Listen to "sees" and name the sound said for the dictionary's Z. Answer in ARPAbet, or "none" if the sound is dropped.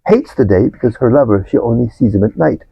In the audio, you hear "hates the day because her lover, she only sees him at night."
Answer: Z